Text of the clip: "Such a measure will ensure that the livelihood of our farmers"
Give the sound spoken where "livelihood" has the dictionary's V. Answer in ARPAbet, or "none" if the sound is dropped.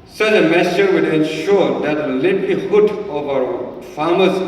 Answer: P